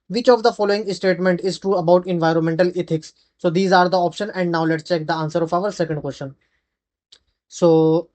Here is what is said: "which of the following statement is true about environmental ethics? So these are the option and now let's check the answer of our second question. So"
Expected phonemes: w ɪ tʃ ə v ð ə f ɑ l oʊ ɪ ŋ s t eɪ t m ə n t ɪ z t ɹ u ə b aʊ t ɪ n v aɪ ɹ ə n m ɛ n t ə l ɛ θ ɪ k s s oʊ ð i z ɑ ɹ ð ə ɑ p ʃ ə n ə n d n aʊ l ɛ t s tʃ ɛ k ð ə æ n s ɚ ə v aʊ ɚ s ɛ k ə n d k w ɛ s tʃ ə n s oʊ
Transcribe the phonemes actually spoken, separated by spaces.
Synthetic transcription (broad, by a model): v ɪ tʃ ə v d ə f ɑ l oʊ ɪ ŋ s t eɪ t m ə n t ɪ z t ɹ u ə b aʊ t ɪ n v aɪ ɹ ə n m ɛ n t ə l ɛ t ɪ k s s oʊ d i z ɑ ɹ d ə ɑ p ʃ ə n ə n d n aʊ l ɛ t s tʃ ɛ k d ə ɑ n s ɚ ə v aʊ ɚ s ɛ k ə n d k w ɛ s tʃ ə n s oʊ